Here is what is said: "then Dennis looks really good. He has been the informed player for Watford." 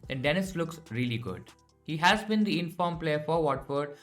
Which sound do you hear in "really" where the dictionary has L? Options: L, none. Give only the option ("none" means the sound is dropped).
L